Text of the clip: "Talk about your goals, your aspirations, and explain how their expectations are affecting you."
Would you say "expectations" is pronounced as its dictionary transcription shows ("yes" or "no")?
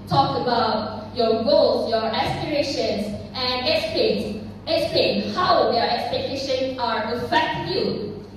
no